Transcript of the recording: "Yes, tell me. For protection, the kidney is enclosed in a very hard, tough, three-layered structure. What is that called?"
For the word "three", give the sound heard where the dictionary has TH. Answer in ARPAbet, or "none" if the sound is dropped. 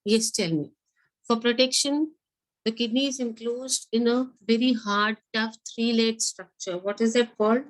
T